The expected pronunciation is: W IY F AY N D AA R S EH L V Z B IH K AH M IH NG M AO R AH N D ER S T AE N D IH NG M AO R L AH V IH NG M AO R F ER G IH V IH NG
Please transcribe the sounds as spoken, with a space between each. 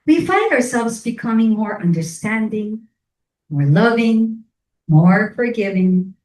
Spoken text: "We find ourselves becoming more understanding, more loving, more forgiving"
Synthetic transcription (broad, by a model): W IY F AY N D AA R S EH L V Z B IH K AH M IH NG M AO R AH N D ER S T AE N D IH NG M AO R L AH V IH NG M AO R F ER G IH V IH NG